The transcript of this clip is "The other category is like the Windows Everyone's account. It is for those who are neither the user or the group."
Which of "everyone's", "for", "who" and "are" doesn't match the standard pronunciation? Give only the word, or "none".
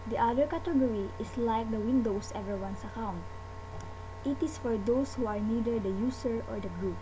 everyone's